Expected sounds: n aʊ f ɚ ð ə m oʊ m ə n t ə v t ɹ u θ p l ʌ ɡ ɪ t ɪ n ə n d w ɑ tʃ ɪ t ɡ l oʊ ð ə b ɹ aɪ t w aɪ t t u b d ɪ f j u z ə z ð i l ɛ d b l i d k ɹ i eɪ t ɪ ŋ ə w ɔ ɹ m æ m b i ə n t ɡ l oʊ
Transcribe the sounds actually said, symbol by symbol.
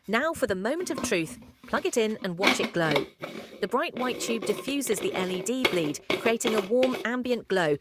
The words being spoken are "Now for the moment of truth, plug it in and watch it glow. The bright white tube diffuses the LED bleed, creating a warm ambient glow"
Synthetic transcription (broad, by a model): n aʊ f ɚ ð ə m oʊ m ə n t ə v t ɹ u θ p l ʌ ɡ ɪ t ɪ n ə n w ɑ tʃ ɪ t ɡ l oʊ ð ə b ɹ aɪ t w aɪ t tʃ u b d ɪ f j u z ə z ð i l ɛ d b l i d k ɹ i eɪ t ɪ ŋ ə w ɔ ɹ m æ m b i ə n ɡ l oʊ